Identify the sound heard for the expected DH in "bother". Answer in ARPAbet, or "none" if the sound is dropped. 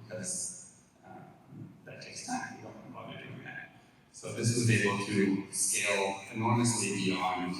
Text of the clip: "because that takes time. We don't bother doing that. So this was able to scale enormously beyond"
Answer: none